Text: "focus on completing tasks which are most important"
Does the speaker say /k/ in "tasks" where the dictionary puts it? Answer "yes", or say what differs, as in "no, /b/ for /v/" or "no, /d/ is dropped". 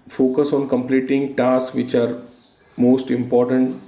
no, /k/ is dropped